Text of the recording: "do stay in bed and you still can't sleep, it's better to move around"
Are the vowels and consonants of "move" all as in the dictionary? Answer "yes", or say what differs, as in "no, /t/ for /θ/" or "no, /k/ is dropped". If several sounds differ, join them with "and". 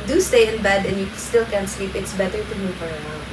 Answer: no, /f/ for /v/